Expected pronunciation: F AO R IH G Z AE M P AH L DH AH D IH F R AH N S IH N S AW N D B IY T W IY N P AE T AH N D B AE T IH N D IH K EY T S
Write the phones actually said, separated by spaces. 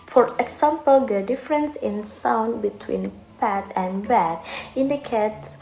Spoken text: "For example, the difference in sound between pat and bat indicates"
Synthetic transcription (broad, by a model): F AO R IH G S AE M P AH L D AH D IH F R AH N S IH N S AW N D B IY T W IY N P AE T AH N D B AE T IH N D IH K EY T